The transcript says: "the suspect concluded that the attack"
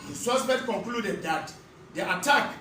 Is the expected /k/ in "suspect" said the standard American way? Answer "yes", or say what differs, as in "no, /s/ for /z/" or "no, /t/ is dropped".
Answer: no, /k/ is dropped